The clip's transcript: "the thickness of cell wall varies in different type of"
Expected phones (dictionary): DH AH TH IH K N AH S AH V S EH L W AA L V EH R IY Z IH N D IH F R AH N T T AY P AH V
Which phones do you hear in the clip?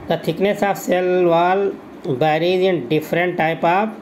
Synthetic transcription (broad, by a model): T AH T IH K N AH S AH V S EH L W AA L B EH R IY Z IH N D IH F R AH N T T AY P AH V